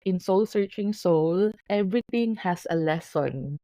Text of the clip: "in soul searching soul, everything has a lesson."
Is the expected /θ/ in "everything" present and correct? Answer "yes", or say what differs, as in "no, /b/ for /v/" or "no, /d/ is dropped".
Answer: no, /t/ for /θ/